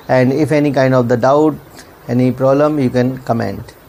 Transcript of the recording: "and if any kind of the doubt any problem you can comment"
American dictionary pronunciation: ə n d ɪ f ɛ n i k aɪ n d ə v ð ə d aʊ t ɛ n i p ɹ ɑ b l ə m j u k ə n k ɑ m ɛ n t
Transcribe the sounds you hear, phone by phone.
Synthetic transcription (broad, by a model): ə n d ɪ f ɛ n i k aɪ n d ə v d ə d aʊ t ɛ n i p ɹ ɑ b l ə m j u k ə n k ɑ m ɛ n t